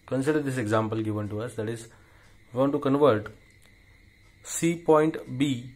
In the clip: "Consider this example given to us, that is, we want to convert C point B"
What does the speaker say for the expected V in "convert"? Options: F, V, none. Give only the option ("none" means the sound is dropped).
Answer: V